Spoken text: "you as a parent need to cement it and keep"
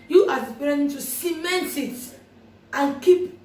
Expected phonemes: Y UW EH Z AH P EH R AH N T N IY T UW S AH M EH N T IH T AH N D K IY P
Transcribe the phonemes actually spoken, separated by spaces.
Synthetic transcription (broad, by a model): Y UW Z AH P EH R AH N N IY T UW S AH M EH N T IH T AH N K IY P